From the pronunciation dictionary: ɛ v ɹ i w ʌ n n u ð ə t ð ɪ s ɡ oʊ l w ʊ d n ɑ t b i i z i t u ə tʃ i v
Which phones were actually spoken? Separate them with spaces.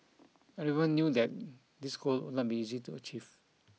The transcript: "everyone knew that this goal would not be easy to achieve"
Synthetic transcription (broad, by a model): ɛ ɹ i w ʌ n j u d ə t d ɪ s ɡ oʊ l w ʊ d n ɑ t b i i z i t u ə tʃ i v